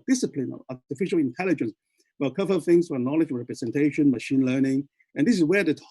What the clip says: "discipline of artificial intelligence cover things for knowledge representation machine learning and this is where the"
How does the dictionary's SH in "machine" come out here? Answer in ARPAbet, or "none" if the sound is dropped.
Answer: SH